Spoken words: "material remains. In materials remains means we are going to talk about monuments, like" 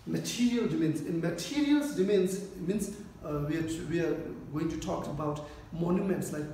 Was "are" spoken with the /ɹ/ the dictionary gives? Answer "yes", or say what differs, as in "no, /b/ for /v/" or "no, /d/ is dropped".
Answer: no, /w/ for /ɹ/